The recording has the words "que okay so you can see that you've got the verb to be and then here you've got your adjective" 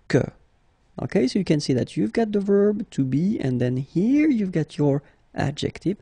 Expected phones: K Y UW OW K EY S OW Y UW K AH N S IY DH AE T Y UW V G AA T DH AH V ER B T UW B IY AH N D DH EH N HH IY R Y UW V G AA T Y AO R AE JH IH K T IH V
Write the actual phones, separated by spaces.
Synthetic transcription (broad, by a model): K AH OW K EY S OW Y UW K AH N S IY DH AE T Y UW V G AA T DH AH V ER B T UW B IY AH N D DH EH N HH IY R Y UW V G AA T Y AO R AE JH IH K T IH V